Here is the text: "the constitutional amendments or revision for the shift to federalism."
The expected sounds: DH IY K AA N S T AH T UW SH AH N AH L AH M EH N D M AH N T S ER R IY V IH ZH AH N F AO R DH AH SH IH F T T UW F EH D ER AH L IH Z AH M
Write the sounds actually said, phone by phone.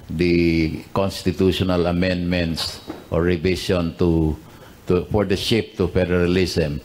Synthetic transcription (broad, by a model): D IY K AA N S T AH T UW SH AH N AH L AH M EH N D M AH N T S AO R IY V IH S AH N F AO R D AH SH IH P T T UW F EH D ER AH L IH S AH M